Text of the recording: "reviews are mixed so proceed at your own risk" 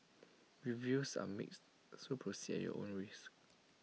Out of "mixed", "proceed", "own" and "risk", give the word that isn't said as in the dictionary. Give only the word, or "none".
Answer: risk